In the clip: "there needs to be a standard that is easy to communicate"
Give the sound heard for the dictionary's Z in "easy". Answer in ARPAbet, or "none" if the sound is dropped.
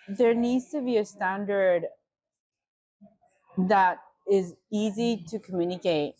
Z